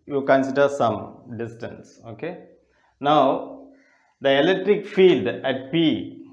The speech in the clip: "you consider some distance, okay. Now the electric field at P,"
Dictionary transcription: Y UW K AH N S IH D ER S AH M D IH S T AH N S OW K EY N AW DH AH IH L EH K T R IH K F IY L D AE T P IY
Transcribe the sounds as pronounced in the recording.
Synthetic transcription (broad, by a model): Y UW K AH N S IH D ER S AH M D IH S T AH N S OW K EY N AW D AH IH L EH K T R IH K F IY L D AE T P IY